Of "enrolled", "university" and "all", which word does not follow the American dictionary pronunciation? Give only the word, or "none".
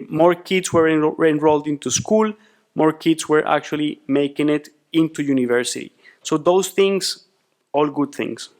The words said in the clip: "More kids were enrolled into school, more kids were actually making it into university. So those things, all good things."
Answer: none